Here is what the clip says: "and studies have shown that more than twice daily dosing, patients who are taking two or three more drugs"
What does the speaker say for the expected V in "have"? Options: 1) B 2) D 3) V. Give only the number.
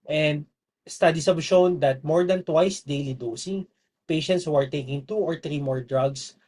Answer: 1